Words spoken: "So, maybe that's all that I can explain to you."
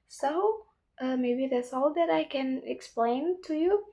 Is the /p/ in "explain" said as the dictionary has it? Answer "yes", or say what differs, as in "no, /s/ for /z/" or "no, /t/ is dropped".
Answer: yes